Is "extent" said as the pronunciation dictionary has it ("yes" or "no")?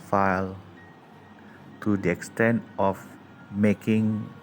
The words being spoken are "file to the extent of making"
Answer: yes